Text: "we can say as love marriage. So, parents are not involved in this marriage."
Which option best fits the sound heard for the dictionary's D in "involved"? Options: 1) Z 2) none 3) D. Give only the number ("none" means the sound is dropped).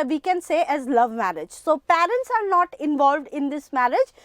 3